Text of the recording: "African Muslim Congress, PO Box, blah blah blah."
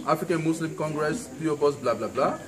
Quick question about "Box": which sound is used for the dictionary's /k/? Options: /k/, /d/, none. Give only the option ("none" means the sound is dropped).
none